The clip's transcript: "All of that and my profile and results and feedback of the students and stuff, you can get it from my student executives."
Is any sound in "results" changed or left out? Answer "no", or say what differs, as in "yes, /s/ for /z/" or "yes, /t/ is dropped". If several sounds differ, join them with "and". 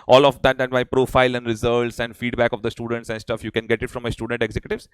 yes, /l/ is dropped